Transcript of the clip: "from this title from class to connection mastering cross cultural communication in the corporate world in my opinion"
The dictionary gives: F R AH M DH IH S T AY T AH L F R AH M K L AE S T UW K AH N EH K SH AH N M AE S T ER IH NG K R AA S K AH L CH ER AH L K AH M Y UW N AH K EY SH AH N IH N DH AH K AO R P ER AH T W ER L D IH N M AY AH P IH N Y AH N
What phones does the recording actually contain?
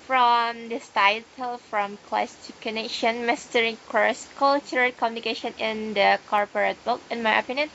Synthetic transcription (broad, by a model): F R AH M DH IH S T AY T AH L F R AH M K L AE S T UW K AH N EH K SH AH N M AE S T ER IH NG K AA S K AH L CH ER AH K AH M Y UW N AH K EY SH AH N IH N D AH K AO R P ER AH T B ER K IH N M AY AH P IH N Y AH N